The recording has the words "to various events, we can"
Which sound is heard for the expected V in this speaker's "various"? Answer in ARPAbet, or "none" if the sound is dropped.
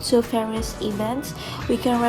F